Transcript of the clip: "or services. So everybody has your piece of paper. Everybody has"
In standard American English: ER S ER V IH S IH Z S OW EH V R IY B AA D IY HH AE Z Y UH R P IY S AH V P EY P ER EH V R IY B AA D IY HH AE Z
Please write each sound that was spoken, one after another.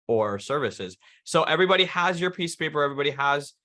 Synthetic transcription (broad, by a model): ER S ER V IH S IH Z S OW EH V R IY B AA D IY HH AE Z Y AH R P IY S P EY P ER EH V R IY B AA D IY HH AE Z